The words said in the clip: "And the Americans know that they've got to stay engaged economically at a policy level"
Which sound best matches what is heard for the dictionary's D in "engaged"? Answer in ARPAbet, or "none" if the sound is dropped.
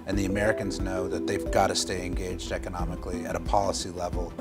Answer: D